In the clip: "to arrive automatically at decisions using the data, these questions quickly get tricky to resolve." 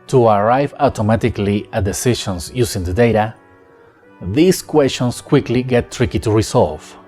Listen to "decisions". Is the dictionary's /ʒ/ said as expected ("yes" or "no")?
no